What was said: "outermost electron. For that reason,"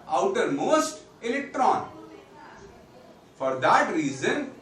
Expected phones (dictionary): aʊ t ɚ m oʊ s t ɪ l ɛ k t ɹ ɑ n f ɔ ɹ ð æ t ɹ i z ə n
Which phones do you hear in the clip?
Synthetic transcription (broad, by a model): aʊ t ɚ m oʊ s t ɪ l ɛ k t ɹ ɑ n f ɔ ɹ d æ t ɹ i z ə n